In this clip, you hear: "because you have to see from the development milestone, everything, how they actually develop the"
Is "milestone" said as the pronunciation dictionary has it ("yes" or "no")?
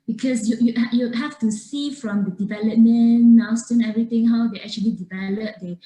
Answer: no